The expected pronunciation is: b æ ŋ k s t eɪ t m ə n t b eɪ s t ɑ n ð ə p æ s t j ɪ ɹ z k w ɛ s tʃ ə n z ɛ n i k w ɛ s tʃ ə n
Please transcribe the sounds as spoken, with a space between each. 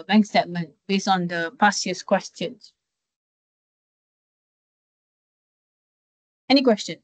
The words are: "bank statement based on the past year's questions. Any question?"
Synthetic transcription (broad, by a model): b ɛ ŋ k s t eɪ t m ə n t b eɪ s t ɑ n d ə p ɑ s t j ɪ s k w ɛ s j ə n s ɛ n i k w ɛ s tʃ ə n